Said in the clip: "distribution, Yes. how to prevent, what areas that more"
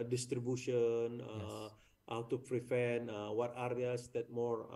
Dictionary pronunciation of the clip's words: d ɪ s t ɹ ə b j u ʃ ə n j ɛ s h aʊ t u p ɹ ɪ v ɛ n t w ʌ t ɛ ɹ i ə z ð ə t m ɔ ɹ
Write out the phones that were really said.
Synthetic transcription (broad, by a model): d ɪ s t ɹ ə b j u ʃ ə n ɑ h aʊ t u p ɹ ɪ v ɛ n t w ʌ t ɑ ɹ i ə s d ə t m ɔ ɹ